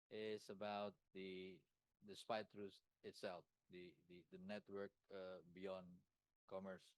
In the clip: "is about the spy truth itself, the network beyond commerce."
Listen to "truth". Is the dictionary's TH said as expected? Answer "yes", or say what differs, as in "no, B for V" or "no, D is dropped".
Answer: no, S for TH